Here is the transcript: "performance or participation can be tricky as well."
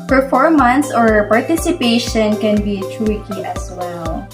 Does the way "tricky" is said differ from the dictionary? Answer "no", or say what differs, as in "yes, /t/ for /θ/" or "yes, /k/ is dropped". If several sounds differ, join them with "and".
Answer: yes, /w/ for /ɹ/